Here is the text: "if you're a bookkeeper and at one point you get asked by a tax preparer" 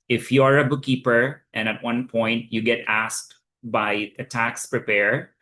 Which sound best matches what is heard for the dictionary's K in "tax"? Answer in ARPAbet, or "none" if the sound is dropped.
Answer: K